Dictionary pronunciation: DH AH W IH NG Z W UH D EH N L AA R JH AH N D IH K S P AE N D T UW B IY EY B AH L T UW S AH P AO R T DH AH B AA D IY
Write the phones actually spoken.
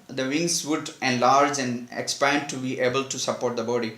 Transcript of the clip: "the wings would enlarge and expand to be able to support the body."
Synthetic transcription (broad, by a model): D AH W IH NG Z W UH D EH N L AA R JH AH N D IH K S P AE N D T UW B IY EY B AH L T UW S AH P AO R T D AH B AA D IY